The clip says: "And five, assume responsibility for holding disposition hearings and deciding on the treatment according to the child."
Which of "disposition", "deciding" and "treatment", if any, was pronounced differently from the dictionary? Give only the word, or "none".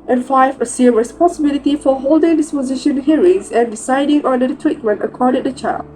none